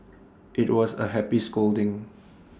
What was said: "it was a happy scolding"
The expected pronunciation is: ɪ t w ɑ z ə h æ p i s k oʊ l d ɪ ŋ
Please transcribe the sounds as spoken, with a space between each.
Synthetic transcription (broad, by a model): ɪ t w ɑ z ə h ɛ p i s k oʊ l d ɪ ŋ